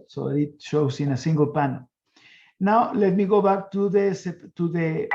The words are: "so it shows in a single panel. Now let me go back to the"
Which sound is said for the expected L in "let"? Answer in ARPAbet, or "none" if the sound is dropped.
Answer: L